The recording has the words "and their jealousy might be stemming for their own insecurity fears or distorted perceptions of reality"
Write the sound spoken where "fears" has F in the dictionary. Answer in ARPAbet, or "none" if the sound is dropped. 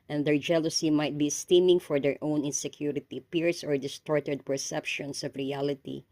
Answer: P